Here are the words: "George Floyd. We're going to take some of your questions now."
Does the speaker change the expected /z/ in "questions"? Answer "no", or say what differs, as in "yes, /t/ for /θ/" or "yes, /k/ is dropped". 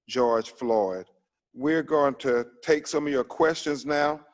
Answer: no